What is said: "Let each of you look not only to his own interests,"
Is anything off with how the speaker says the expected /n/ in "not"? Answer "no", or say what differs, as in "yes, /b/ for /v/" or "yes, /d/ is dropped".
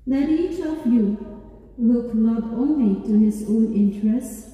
yes, /l/ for /n/